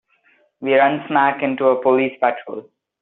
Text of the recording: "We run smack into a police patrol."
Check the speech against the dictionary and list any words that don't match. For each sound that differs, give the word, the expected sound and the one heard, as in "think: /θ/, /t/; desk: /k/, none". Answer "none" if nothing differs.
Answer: none